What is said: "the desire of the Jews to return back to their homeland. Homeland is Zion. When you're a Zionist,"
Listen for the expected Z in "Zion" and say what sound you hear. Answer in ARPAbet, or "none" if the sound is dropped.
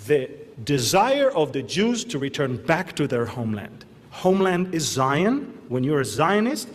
Z